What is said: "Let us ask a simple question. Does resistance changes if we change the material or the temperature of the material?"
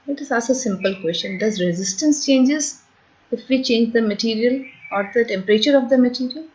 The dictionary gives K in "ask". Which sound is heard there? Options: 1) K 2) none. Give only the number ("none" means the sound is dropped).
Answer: 2